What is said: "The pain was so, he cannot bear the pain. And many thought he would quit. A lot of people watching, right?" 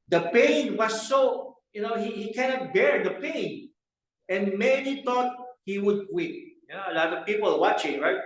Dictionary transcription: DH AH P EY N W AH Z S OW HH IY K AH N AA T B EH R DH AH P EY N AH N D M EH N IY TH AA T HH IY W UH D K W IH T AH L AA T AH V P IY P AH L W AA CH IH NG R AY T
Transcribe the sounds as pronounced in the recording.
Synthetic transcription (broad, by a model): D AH P EY N W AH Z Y OW HH IY K AH N AA T B EH R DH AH P EY N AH N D M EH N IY T AA T HH IY W UH D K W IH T AH L AA T AH V P IY P AH L W AA CH IH NG R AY T